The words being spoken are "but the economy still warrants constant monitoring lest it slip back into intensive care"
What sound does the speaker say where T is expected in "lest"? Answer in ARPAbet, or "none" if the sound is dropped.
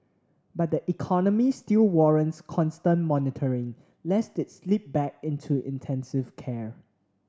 T